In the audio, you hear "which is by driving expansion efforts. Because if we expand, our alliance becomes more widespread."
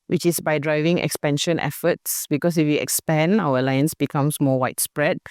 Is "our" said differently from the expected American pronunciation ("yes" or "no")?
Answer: yes